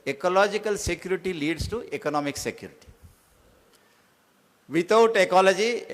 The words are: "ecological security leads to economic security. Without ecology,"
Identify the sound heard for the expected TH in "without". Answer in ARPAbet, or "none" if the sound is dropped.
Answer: T